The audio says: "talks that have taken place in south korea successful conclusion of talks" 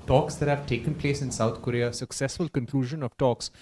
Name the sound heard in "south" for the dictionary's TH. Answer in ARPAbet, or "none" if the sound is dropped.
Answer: T